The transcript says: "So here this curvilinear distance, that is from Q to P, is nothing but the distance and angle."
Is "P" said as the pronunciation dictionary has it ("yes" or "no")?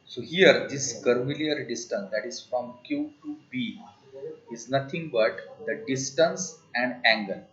no